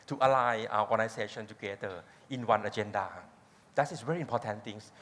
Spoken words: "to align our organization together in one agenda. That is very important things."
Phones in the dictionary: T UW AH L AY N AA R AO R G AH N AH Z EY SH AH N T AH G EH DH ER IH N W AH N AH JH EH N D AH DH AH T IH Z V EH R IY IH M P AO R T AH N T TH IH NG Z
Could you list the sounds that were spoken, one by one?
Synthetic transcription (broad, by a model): T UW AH L AY AA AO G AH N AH S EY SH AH N T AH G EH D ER IH N W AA N AH JH EH N D AH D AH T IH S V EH R IY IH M P AO T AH N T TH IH NG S